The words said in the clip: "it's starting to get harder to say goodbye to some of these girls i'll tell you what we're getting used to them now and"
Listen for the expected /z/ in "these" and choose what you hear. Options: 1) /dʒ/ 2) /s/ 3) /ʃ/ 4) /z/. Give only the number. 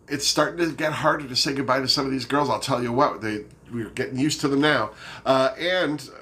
4